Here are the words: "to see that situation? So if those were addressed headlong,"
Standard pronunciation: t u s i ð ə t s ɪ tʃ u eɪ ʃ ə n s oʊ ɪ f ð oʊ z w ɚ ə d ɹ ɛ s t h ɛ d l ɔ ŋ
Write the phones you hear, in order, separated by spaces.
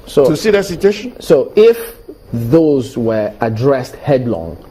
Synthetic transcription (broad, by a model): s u s i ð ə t s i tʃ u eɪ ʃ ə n s oʊ ɪ f ð oʊ z w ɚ ə d ɹ ɛ s t h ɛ d l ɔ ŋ